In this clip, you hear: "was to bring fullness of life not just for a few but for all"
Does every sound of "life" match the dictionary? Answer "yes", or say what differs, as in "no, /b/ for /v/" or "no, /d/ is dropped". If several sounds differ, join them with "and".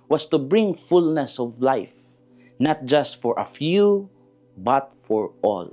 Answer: yes